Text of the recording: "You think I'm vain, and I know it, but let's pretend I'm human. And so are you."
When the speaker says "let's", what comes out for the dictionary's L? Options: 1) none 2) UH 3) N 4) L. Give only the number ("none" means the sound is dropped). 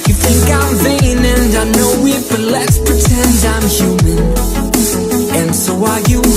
4